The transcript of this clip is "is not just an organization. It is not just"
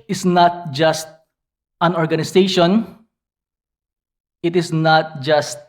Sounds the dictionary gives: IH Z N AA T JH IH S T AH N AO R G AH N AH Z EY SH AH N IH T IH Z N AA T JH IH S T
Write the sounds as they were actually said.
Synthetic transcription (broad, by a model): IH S N AA T JH IH S T AH N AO R G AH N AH S EY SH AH N IH T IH S N AA T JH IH S T